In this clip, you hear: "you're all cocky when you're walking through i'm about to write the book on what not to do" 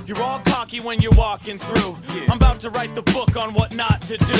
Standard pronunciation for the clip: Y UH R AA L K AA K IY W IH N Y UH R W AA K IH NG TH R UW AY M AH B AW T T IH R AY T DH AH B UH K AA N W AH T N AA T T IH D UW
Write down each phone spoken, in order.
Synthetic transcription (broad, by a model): Y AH R AA L K AA K IY W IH N Y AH R W AA K IH NG TH R UW AY M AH B AW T T IH R AY T DH AH B UH K N W AH T N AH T T IH D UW